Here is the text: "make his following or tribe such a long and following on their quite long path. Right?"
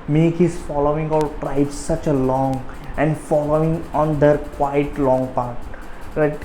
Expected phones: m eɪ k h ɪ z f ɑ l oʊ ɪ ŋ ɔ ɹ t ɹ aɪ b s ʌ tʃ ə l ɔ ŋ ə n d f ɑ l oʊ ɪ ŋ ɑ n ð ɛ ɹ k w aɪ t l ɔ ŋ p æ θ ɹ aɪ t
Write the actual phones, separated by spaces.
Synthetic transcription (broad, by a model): m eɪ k h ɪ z f ɑ l oʊ ɪ ŋ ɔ l t ɹ aɪ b s ʌ tʃ ə l ɔ ŋ ə n d f ɑ l oʊ ɪ ŋ ɑ n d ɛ ɹ k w aɪ t l ɔ ŋ p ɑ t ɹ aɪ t